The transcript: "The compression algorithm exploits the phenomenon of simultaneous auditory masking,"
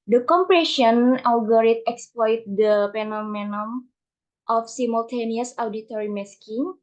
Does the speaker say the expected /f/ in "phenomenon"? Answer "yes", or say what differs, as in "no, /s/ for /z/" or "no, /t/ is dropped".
no, /p/ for /f/